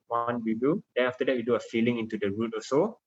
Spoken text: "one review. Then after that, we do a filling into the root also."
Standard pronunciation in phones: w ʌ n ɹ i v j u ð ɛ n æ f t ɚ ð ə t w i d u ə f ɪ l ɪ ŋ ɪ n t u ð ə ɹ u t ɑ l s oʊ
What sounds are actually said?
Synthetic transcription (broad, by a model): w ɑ n w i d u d ɛ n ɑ f t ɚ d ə t w i d u ə f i l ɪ ŋ ɪ n t u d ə ɹ u t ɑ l s oʊ